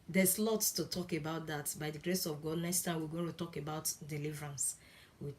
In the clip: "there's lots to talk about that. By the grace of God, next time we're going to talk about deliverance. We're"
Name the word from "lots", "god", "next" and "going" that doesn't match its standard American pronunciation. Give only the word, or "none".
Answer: lots